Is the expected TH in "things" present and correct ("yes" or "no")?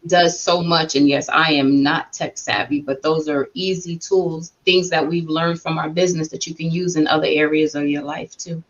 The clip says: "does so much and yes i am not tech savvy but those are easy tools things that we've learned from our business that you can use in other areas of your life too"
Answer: yes